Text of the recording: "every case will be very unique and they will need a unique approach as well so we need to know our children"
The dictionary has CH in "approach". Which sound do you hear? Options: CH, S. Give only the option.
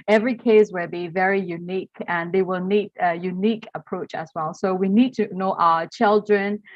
CH